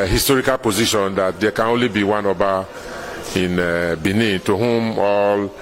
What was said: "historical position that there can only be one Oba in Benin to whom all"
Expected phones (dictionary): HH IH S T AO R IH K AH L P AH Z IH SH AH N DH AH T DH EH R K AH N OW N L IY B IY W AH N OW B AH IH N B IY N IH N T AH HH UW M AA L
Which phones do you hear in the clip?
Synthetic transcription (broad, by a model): HH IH S T AO R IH K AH L P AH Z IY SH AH N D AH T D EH K AH N OW N L IY B IY W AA N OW B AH IH N B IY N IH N T AH HH UW M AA L